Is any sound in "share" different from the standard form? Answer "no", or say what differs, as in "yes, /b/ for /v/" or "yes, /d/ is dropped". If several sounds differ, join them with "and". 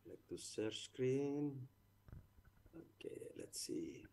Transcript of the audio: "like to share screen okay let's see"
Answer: yes, /s/ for /ʃ/